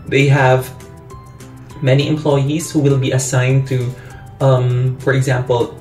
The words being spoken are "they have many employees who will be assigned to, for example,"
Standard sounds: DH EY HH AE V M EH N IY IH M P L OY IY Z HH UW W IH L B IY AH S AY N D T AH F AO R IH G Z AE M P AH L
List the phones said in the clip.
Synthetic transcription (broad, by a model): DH EY HH AE V M EH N IY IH M P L OY IY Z HH UW W IH L B IY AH S AY N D T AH F AO R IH G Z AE M P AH L